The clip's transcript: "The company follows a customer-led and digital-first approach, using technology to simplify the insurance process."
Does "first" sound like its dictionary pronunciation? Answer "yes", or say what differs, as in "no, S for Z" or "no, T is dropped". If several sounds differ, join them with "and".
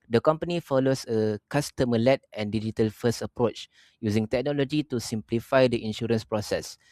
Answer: no, T is dropped